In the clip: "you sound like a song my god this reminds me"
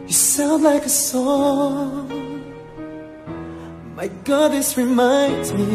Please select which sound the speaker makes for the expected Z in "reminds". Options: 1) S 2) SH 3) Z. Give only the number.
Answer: 3